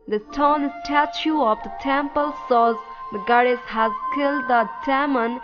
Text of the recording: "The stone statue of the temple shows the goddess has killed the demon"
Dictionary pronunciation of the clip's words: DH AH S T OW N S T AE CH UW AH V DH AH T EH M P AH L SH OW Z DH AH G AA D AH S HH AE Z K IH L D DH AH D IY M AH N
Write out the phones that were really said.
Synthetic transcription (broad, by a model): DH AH S T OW N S T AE CH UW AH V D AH T EH M P AH L S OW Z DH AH G AA D AH S HH AE Z K IH L D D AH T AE M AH N